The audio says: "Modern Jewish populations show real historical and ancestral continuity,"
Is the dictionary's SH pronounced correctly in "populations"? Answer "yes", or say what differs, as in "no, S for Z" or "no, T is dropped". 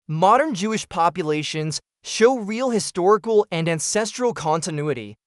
yes